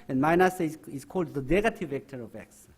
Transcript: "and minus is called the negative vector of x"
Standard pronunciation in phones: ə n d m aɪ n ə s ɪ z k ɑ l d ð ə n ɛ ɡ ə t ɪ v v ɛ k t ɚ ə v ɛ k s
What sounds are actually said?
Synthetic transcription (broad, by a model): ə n m aɪ n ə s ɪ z k ɑ l d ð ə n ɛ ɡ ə t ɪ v v ɛ k t ɚ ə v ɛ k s